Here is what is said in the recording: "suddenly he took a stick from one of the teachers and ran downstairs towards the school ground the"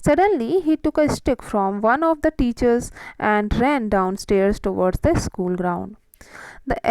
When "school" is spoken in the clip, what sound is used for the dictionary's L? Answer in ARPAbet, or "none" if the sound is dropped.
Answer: L